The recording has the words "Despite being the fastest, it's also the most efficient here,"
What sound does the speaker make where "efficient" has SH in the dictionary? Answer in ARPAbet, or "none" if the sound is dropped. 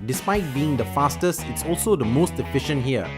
SH